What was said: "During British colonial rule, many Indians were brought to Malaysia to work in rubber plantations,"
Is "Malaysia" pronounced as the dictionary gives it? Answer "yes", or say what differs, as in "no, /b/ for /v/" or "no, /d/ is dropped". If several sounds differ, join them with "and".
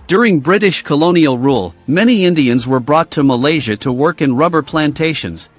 yes